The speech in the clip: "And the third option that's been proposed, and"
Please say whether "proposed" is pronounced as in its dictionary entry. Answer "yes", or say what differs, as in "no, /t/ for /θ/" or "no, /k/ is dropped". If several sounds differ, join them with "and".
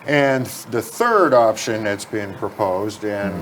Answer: yes